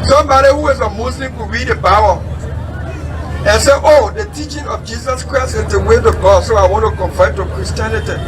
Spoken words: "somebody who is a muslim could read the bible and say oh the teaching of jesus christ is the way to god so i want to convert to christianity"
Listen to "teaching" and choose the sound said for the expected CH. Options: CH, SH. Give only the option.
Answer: CH